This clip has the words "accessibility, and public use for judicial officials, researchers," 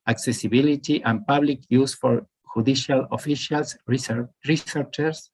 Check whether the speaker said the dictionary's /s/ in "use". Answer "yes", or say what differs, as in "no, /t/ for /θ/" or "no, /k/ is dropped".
yes